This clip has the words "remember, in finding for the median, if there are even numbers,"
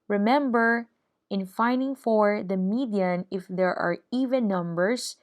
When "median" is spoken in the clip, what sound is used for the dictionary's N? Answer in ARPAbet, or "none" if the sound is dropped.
N